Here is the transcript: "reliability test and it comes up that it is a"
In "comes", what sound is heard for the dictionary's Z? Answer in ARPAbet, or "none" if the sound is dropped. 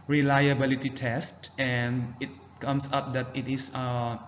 S